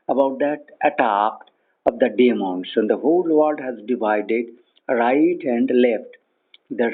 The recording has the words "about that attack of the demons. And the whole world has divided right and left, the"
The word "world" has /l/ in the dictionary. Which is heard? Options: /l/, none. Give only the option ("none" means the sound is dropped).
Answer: none